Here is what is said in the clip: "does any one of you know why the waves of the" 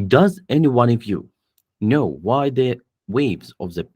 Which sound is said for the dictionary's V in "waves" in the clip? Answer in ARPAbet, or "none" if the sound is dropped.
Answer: V